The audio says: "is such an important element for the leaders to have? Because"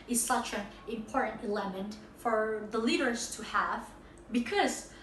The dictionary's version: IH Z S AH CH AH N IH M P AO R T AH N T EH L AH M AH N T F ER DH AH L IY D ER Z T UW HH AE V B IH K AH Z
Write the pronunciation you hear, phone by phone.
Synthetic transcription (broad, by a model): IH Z S AH CH AH N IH M P AO R T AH N T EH L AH M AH N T F ER DH AH L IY D ER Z T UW HH AE V B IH K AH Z